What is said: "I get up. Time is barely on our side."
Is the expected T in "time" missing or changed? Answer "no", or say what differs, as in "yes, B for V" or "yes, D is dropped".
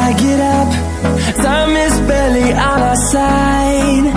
yes, S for T